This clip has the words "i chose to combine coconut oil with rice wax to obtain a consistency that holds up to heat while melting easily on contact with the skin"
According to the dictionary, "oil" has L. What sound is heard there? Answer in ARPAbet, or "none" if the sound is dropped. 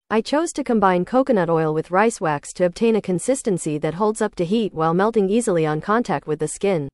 L